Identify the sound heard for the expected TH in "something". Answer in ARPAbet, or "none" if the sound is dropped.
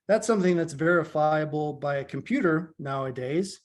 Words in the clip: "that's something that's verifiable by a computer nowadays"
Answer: TH